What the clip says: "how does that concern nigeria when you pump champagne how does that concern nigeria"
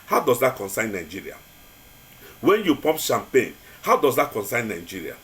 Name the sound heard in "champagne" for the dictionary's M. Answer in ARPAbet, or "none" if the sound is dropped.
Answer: M